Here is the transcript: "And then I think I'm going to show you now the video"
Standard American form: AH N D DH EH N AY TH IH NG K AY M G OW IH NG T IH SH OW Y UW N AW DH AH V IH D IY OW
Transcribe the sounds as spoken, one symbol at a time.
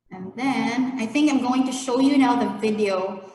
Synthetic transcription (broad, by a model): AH N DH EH N AY TH IH NG K AY M G OW IH NG T IH SH OW Y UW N AW DH AH V IH D IY OW